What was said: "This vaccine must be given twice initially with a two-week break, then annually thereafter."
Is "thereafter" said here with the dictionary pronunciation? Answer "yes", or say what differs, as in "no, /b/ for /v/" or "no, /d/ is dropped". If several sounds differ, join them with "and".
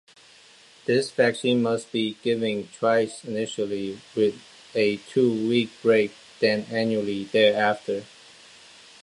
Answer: yes